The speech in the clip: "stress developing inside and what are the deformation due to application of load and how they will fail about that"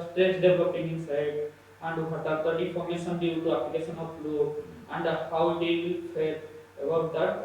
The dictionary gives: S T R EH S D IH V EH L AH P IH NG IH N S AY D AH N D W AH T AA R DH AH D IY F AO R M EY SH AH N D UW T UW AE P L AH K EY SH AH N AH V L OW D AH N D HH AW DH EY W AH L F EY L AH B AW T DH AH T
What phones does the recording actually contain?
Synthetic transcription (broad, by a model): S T R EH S D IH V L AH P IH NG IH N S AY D AH N D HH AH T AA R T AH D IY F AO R M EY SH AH N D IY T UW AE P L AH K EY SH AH N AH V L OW AH N D HH AW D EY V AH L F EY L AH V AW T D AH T